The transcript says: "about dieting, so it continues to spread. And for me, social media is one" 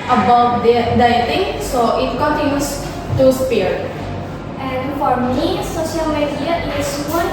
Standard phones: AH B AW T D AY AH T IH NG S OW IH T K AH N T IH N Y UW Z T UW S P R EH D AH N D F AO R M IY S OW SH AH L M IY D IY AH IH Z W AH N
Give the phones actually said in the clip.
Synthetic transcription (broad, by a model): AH B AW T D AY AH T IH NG S OW IH T K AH N T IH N Y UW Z T UW S P EH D AH N D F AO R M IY S OW SH AH L M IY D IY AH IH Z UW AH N